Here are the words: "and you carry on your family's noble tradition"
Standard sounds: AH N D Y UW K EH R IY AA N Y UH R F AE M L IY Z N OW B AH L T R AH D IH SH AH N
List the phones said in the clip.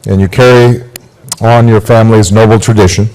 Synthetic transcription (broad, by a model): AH N Y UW K EH R IY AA N Y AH R F AE M L IY Z N OW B L T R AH D IH SH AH N